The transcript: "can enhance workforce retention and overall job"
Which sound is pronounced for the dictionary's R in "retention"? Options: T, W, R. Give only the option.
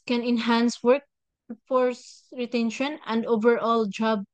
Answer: R